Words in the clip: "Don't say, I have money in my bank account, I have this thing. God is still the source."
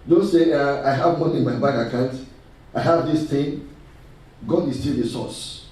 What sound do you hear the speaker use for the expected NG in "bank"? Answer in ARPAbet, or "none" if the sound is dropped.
none